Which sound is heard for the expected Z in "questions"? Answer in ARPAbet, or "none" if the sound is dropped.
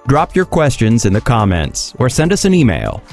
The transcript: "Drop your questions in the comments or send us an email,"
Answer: Z